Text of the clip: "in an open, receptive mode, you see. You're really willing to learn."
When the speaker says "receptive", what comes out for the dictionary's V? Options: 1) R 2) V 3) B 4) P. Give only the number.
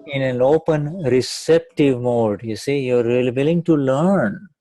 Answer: 2